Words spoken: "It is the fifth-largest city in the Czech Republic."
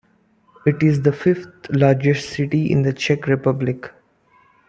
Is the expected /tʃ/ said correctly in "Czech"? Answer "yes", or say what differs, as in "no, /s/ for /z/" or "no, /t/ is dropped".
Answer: yes